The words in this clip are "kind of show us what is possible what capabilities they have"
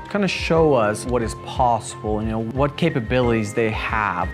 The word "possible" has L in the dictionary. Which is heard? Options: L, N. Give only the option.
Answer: N